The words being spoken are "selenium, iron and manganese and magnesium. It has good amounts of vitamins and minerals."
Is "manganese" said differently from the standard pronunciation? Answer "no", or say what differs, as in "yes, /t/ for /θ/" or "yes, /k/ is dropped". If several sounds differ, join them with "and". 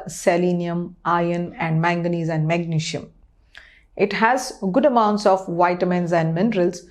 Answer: no